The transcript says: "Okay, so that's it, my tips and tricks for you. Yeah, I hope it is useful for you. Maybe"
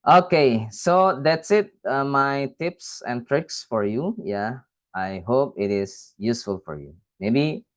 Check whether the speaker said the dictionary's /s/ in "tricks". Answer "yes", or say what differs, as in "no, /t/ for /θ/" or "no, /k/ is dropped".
yes